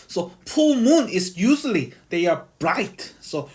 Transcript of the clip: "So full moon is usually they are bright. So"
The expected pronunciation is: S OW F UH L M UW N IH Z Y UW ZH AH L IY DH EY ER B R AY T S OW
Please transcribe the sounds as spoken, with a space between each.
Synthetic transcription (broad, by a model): S OW P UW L M UW N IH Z Y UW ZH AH L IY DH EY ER B R AY T S OW